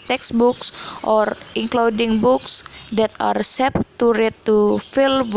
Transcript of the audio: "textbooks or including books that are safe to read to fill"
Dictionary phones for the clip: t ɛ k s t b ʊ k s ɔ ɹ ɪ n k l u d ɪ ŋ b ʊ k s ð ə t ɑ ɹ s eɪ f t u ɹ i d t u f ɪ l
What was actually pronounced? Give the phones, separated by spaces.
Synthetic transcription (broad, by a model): t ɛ k s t b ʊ k s ɔ ɹ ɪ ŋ k l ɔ d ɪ ŋ b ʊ k s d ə t ɑ ɹ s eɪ p t u ɹ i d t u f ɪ l